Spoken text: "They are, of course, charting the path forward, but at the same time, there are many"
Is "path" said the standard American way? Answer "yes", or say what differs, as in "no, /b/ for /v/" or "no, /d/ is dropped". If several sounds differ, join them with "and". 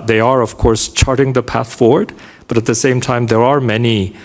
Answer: yes